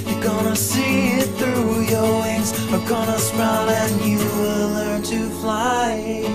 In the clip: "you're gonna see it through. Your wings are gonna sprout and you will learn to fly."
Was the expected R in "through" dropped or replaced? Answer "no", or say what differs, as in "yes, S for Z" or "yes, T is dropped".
no